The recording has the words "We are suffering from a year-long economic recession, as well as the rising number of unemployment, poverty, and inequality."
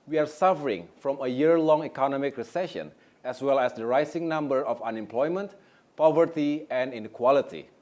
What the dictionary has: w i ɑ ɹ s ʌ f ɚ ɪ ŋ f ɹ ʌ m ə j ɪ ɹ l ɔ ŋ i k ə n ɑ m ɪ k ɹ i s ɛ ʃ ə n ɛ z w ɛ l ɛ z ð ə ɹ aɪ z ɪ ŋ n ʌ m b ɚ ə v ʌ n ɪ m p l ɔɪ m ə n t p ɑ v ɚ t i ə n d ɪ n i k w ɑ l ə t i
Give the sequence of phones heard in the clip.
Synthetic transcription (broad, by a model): w i ɑ ɹ s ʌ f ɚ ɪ ŋ f ɹ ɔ m ə j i ɹ l ɔ ŋ i k ə n ɑ m ɪ k ɹ i s ɛ ʃ ə n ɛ s w ɛ l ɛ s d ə ɹ aɪ s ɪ ŋ n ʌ m b ɚ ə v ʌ n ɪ m p l ɔɪ m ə n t p ɑ v ɚ t i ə n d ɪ n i k w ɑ l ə t i